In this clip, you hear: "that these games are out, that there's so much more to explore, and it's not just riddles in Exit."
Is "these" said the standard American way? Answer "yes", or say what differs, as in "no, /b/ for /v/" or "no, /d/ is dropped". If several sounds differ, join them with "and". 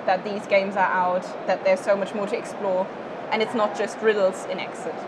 yes